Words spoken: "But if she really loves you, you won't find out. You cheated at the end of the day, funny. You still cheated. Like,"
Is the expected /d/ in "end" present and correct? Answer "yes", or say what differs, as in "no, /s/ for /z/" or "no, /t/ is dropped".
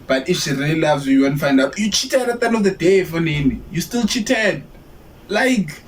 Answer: no, /d/ is dropped